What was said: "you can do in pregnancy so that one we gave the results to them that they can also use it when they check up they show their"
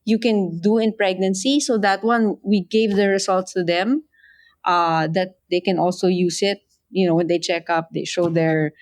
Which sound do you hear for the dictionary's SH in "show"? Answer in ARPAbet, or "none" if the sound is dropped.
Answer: SH